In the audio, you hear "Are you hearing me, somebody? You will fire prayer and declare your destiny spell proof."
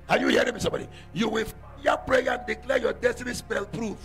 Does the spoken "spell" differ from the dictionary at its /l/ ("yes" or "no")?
no